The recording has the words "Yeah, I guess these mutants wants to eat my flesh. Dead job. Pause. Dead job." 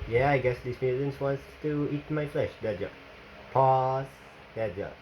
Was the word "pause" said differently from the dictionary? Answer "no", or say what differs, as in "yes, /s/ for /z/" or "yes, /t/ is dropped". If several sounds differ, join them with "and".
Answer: yes, /s/ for /z/